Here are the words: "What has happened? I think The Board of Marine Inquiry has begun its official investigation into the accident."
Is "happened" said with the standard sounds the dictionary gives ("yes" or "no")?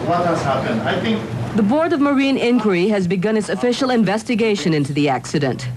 no